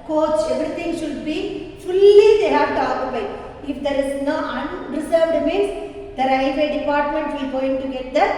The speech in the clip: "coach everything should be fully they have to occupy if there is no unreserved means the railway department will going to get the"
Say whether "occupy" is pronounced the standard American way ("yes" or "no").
no